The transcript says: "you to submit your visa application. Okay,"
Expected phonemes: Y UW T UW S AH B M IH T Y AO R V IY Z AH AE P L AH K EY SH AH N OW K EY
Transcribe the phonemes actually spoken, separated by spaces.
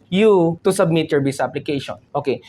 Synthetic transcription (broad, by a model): Y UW T UW S AH B M IH T Y AO R B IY S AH P L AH K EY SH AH N OW K EY